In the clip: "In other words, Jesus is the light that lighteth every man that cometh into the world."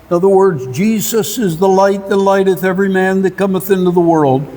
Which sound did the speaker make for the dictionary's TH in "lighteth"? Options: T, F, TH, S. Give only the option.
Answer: TH